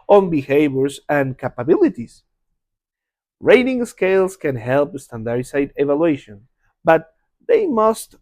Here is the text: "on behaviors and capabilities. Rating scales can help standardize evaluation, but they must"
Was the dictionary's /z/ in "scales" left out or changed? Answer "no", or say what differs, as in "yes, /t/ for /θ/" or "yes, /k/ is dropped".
yes, /s/ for /z/